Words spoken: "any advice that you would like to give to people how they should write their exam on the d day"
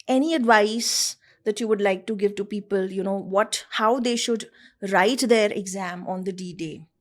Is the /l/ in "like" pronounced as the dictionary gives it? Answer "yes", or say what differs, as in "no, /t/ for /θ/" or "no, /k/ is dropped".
yes